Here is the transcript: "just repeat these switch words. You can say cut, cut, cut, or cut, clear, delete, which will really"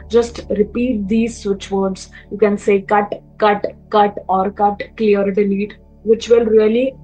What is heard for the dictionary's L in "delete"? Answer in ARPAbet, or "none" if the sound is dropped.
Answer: N